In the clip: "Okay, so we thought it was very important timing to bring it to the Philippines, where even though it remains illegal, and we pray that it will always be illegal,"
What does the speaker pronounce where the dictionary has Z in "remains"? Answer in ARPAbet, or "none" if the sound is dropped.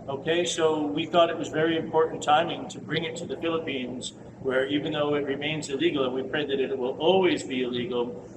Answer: Z